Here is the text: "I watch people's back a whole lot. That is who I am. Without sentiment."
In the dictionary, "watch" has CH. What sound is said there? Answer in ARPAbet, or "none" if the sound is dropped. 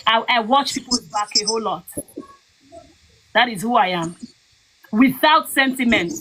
CH